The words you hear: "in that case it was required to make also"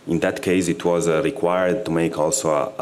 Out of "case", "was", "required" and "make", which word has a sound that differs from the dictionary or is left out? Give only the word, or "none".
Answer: none